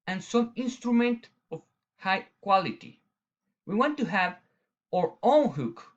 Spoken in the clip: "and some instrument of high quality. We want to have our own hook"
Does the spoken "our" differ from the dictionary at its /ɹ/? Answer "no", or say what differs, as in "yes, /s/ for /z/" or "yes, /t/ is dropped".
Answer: no